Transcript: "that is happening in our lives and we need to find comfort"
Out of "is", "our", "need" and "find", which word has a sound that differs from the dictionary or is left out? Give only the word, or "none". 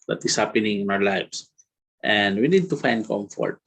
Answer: is